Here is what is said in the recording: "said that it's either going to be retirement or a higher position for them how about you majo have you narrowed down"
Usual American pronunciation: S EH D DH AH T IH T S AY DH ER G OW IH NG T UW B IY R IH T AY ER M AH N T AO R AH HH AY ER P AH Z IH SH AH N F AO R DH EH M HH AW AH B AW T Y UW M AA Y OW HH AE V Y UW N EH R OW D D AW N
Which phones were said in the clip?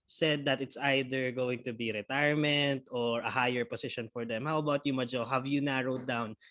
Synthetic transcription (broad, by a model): S EH D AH T IH T S AY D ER G OW IH NG T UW B IY R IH T AY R M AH N T AO R AH HH AY ER P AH S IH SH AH N F AO R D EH M HH AW AH B AW T Y UW M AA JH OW HH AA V Y UW N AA R OW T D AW N